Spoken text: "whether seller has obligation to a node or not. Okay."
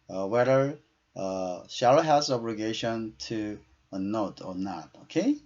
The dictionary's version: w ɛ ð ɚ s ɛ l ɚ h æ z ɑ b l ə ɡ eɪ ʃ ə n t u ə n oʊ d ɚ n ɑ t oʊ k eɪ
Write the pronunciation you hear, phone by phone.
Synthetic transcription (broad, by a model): w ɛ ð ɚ ʃ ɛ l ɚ h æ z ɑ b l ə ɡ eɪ ʃ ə n t u ə n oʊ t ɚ n ɑ t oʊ k eɪ